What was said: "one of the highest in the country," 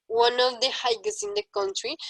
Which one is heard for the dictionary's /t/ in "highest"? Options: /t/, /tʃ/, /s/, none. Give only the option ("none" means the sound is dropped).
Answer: none